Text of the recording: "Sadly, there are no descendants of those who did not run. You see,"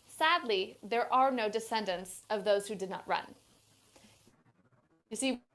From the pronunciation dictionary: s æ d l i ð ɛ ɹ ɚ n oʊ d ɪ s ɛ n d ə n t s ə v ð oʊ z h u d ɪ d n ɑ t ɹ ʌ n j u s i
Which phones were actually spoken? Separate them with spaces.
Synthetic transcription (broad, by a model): s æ d l i ð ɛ ɹ ɚ n oʊ d ɪ s ɛ n d ə n t s ə v ð oʊ z h u d ɪ d n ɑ t ɹ ʌ n j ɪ s i